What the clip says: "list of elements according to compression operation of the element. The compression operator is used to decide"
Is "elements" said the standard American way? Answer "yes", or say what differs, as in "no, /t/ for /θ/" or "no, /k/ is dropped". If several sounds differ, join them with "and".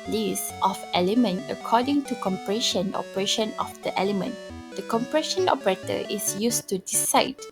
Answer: no, /s/ is dropped